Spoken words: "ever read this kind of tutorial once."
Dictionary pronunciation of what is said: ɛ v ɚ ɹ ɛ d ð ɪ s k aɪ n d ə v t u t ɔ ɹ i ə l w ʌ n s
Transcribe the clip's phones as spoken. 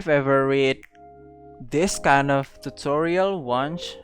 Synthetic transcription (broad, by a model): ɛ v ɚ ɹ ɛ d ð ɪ s k aɪ n d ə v t u t ɔ ɹ i ə l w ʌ n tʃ